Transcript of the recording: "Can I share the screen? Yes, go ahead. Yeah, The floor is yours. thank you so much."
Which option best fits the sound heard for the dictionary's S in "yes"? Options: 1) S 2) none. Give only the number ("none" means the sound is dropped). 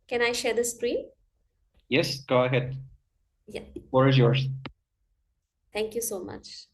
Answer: 1